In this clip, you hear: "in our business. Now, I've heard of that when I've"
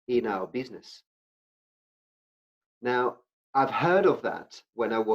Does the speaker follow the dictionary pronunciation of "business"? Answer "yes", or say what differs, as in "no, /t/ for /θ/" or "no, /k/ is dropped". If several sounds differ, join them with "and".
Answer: yes